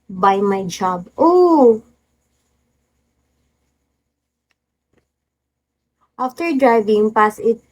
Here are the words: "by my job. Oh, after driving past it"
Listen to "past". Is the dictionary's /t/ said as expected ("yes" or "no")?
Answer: no